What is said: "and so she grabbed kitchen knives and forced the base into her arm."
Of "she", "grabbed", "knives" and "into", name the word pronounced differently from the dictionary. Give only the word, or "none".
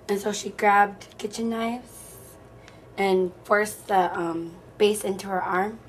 none